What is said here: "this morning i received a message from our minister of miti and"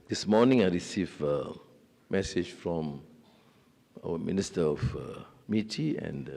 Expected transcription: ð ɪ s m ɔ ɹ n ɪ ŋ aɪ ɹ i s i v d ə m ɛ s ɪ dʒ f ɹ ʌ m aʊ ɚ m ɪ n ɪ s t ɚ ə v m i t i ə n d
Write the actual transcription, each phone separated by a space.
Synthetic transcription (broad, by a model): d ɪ s m ɔ n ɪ ŋ aɪ ɹ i s i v ə m ɛ s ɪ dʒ f ɹ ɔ m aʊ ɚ m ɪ n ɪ s t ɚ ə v m i t i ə n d